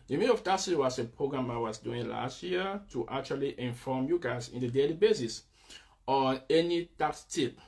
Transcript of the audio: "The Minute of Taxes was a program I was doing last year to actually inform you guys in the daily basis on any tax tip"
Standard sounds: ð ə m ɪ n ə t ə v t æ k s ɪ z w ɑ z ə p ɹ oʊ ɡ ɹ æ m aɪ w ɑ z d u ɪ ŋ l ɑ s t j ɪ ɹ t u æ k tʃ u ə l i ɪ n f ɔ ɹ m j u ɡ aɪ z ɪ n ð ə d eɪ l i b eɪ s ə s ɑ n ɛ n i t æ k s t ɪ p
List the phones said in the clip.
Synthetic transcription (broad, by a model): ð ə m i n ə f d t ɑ s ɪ w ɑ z ə p ɹ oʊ ɡ ɹ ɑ m aɪ w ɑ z d u ɪ ŋ l ɑ s t j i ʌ t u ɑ k tʃ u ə l i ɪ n f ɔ m j u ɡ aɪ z ɪ n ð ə d eɪ l i b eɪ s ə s ɑ n ɛ n i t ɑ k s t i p